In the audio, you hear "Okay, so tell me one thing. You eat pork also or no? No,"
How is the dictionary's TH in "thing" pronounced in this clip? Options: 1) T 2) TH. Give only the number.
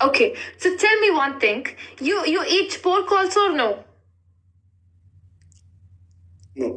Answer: 1